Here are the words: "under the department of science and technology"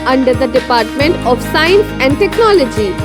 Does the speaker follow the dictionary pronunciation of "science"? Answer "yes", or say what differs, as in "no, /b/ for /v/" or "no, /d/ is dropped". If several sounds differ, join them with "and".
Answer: yes